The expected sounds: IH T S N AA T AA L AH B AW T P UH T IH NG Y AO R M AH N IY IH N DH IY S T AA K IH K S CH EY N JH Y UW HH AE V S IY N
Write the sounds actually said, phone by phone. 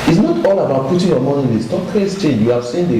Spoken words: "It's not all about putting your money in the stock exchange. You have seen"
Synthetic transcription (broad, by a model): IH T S N AA T AA L AH B AW T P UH T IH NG Y AO M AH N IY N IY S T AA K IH S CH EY JH Y UW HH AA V S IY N